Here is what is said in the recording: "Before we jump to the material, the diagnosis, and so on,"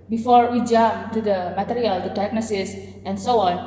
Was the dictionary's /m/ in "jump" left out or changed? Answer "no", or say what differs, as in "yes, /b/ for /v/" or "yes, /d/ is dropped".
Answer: yes, /m/ is dropped